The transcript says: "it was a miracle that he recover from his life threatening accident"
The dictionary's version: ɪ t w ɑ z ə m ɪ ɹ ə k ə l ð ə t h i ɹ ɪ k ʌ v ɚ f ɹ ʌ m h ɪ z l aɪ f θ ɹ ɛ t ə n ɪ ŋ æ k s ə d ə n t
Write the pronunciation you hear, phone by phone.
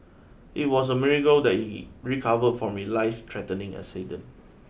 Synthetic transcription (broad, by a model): ɪ t w ɑ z ə m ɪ ɹ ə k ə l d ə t h i ɹ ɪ k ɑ v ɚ f ɹ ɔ m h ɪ l aɪ f t ɹ ɛ t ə n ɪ ŋ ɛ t s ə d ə n